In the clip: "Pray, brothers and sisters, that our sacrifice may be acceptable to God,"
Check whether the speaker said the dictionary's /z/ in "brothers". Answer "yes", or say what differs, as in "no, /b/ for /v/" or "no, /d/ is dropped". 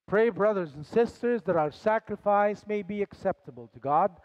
yes